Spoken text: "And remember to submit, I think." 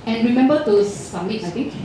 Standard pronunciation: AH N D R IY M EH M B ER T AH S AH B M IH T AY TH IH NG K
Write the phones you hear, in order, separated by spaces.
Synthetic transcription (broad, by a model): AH N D R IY M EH M B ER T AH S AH M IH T AY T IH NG K